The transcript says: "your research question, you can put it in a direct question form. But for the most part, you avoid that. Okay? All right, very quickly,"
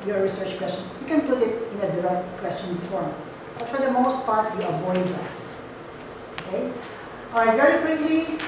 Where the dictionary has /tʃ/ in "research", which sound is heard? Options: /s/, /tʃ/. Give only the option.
/tʃ/